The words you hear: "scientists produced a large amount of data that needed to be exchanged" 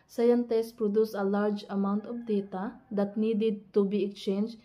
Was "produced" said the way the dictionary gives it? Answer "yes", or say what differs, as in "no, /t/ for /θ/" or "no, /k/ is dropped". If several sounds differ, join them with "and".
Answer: no, /t/ is dropped